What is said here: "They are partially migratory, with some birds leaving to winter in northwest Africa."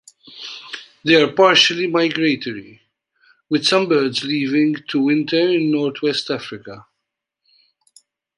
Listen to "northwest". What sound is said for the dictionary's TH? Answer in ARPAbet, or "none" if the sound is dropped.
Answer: T